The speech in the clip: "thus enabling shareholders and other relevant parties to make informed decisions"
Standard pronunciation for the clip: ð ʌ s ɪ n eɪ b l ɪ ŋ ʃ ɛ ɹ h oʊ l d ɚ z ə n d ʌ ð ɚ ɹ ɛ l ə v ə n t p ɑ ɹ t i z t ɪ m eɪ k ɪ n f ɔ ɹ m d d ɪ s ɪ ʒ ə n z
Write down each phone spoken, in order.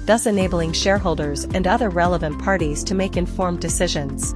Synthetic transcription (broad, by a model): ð ʌ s ɪ n eɪ b l ɪ ŋ ʃ ɛ ɹ h oʊ l d ɚ z ə n d ʌ ð ɚ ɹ ɛ l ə v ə n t p ɑ ɹ t i z t ɪ m eɪ k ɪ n f ɔ ɹ m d d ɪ s ɪ ʒ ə n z